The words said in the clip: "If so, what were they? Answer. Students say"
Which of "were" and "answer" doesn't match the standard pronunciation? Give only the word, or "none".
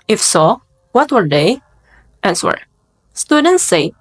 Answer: answer